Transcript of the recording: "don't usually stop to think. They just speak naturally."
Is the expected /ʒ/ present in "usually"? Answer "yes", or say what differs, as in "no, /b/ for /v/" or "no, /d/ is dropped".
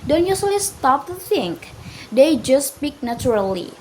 no, /s/ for /ʒ/